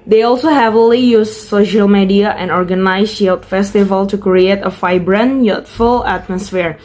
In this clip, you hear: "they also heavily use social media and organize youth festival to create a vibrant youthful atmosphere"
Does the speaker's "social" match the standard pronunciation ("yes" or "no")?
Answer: yes